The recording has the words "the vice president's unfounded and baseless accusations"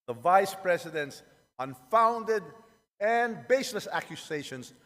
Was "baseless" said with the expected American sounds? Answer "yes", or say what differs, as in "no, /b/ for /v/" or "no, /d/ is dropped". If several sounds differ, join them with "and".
yes